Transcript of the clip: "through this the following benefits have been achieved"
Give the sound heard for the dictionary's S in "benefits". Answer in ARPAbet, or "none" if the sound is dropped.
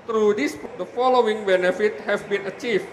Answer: none